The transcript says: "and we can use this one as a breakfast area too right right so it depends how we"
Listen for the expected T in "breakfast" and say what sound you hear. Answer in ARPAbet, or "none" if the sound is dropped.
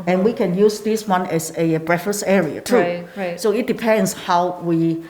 none